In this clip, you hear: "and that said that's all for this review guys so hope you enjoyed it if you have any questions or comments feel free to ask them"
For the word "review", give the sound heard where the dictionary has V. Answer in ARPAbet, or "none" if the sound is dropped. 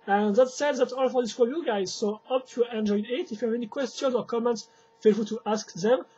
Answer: none